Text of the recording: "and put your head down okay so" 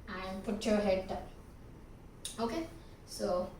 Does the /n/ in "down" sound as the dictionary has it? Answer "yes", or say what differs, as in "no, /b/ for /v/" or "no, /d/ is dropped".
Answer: no, /n/ is dropped